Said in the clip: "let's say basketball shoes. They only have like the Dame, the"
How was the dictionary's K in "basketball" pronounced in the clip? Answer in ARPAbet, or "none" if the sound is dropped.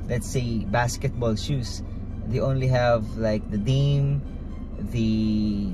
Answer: K